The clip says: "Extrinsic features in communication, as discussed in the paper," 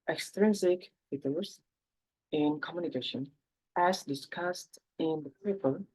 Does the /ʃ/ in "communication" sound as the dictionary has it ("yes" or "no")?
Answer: yes